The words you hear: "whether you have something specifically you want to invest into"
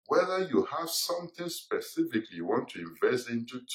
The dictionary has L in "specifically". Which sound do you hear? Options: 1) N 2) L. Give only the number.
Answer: 2